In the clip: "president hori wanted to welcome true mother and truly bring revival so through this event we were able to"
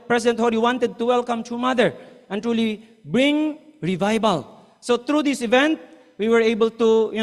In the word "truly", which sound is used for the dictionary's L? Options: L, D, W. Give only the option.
L